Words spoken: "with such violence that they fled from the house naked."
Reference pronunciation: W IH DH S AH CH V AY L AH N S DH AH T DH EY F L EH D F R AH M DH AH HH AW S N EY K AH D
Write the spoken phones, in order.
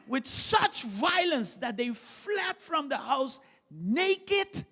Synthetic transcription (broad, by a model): W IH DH S AH CH V AY L AH N S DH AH T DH EY F L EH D F R AH M DH AH HH AW S N EY K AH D